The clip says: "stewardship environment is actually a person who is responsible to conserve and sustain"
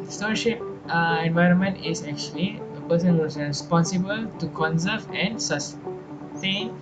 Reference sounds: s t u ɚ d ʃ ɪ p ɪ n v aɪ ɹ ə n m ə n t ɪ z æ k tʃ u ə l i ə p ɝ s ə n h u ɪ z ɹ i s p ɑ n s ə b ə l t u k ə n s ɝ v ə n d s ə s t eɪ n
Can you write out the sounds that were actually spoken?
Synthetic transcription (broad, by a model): s t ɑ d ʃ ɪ p ɪ n v aɪ ɹ ə n m ə n t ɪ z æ k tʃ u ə l i ə p ɝ s ə n h u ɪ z ɹ i s p ɑ n s ə b ə l t u k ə n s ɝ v ə n d s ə s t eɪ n